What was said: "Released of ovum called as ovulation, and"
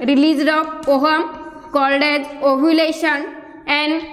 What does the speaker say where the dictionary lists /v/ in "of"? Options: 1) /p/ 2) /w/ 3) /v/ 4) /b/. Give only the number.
1